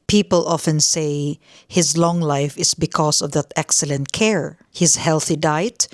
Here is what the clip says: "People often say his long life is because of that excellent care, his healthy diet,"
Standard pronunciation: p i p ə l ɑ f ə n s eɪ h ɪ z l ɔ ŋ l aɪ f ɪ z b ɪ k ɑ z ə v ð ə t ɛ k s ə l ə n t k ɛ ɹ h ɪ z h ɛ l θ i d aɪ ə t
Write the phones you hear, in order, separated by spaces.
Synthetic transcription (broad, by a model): p i p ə l ɑ f ə n s eɪ h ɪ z l ɔ ŋ l aɪ f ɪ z b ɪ k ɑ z ə v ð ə t ɛ k s ə l ə n t k ɛ ɹ h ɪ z h ɛ l θ i d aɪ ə t